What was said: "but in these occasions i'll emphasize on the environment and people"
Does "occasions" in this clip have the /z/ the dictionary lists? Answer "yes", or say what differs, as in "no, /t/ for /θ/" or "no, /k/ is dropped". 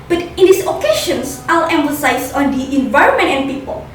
no, /s/ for /z/